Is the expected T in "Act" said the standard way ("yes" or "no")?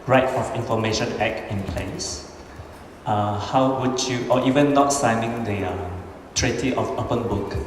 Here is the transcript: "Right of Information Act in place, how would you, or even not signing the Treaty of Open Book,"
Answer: no